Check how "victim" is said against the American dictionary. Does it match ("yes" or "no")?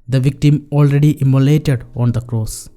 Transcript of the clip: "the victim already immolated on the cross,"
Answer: yes